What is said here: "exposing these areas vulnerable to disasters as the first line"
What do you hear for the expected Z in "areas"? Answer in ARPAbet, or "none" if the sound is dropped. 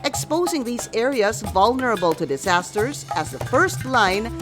Z